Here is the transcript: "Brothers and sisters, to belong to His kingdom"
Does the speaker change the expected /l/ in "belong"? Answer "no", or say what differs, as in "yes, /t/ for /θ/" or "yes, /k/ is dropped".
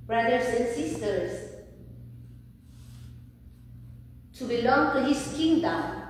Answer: no